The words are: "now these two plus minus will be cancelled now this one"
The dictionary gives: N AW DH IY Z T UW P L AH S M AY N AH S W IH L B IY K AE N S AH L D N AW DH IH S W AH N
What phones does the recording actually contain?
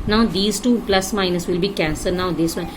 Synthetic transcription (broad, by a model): N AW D IY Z T UW P L AH S M AY N AH S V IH L B IY K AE N S AH D N AW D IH S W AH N